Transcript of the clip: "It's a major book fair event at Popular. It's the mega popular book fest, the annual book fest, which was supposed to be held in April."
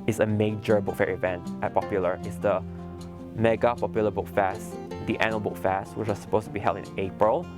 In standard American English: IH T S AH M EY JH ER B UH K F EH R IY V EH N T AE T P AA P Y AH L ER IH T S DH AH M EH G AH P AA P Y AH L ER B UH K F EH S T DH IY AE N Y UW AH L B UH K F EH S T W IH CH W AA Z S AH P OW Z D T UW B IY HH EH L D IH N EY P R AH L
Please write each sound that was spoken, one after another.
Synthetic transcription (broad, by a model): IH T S AH M EY JH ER B UH K F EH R IY V EH N T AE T P AA P Y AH L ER IH T S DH AH M EH G AH P AA P Y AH L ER B UH K F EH S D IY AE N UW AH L B UH K F EH S T W IH CH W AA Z S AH P OW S T UW B IY HH EH L D IH N EY P R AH L